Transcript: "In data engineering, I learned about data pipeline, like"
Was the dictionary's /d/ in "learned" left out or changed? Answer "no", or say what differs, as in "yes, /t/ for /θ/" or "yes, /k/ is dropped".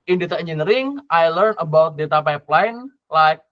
yes, /d/ is dropped